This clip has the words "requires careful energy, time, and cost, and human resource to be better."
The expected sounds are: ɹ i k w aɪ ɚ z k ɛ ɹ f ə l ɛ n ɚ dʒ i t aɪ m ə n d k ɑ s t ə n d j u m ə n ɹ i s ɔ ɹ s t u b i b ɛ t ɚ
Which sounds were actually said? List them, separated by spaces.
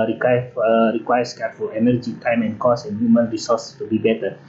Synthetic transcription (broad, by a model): ɹ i k w aɪ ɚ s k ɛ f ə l ɛ n ɚ dʒ i t aɪ m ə n k ɑ s ə n j u m ə n ɹ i s ɔ s t u b i b ɛ t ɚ